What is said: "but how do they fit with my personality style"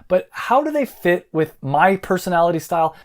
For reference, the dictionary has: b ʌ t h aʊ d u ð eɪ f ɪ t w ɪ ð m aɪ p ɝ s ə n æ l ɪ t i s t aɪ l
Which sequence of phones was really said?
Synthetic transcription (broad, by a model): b ʌ t h aʊ d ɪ ð eɪ f ɪ t w ɪ ð m aɪ p ɝ s ə n æ l ɪ t i s t aɪ l